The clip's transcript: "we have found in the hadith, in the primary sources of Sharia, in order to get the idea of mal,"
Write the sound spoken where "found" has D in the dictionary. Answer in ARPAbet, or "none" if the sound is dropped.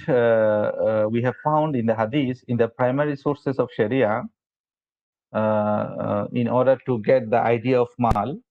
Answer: D